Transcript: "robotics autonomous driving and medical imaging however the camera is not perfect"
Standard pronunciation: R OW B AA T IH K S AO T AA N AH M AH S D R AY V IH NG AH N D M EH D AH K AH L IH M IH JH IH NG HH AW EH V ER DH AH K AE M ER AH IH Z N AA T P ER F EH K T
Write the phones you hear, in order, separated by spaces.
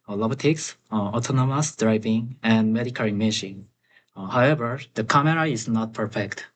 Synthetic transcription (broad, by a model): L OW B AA T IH K S AO T AA N AH M AH S D R AY V IH NG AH N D M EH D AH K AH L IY M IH SH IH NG HH AW EH V ER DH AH K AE M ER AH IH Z N AA T P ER F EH K T